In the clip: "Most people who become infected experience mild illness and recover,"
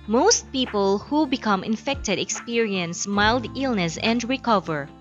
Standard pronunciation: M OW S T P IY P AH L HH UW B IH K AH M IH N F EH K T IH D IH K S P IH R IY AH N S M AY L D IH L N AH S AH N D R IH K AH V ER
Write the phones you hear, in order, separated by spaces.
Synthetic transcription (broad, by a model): M OW S T P IY P AH L HH UW B IH K AH M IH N F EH K T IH D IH K S P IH R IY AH N S M AY L D IH L N AH S AH N D R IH K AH V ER